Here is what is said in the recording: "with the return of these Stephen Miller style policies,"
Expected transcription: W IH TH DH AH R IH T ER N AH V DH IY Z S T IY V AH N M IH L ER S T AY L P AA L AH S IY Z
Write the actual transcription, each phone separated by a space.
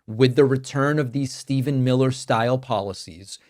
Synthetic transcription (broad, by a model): W IH DH AH R IH T ER N AH V DH IY Z S T IY V AH N M IH L ER S T AY L P AA L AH S IY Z